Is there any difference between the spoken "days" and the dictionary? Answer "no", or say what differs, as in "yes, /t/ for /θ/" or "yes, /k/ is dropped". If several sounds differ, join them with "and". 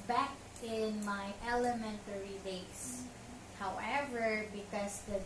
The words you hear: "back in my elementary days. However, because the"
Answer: yes, /s/ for /z/